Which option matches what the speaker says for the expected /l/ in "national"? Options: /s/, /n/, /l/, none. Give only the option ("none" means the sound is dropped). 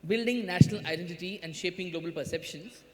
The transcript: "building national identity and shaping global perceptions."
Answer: /l/